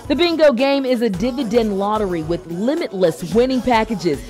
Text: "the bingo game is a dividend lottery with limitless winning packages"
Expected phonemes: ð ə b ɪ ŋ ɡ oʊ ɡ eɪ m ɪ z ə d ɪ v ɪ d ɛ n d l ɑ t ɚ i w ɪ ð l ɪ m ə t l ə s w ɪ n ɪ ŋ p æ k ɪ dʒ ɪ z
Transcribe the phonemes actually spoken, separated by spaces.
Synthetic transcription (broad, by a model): ð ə b ɪ ŋ ɡ oʊ ɡ eɪ m ɪ z ə d ɪ v ɪ d ɛ n d l ɑ t ɚ i w ɪ ð l ɪ m ə t l ə s w ɪ n ɪ ŋ p æ k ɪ dʒ ɪ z